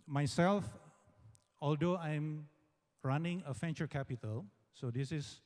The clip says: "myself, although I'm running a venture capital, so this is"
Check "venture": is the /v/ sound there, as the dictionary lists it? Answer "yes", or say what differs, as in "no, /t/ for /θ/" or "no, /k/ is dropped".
no, /f/ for /v/